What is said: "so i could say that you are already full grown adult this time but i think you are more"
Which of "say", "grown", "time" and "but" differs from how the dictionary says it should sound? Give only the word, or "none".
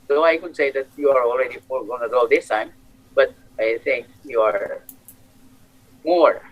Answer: grown